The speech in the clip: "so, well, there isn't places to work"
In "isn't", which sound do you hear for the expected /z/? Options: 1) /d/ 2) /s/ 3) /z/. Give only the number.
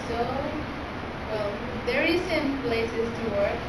2